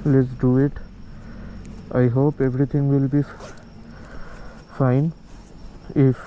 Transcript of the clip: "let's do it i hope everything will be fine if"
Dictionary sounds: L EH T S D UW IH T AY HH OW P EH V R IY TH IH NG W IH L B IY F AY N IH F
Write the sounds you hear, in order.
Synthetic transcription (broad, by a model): L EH T S D UW IH T AY HH OW P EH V R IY T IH NG W IH L B IY F AY N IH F